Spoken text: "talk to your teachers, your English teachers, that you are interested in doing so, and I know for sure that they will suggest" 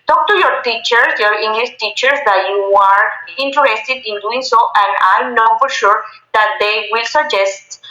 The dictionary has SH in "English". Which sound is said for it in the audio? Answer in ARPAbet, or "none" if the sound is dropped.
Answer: S